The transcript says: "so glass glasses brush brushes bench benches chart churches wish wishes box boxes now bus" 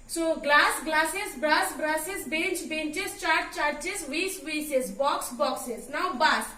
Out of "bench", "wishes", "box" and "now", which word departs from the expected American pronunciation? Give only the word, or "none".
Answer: wishes